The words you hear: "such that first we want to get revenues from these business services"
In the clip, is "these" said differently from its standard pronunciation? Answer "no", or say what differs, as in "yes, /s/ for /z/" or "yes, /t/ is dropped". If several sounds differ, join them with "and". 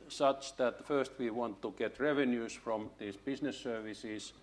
yes, /s/ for /z/